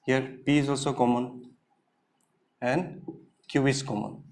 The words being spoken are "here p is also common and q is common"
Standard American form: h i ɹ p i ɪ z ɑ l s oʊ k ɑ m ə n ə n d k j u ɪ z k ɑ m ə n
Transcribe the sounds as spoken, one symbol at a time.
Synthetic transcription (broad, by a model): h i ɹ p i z ɑ l s oʊ k ɑ m ə n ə n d k j u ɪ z k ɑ m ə n